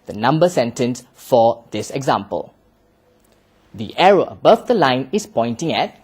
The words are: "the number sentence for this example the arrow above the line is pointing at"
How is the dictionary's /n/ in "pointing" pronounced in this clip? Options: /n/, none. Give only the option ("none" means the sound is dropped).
/n/